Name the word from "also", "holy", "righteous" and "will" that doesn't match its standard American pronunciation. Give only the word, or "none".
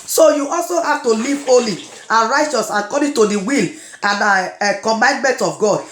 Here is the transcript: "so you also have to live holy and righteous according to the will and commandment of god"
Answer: none